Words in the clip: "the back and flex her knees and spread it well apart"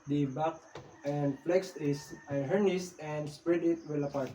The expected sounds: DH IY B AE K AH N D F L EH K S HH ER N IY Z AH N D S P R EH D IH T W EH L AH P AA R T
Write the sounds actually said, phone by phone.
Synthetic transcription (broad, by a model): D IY B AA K AH N D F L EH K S HH ER N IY S AH N D S P R EH D IH T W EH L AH P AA R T